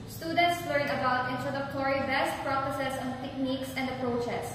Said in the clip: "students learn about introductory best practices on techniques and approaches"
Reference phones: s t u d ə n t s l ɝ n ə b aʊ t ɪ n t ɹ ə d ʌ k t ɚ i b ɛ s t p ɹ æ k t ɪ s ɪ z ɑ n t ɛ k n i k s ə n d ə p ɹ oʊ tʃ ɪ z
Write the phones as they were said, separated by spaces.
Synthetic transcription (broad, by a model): s t u d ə n t s w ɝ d ə b aʊ t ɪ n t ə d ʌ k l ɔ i b ɛ s t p ɹ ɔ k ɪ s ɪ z ɑ n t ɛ k n i k s ə n d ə p ɹ oʊ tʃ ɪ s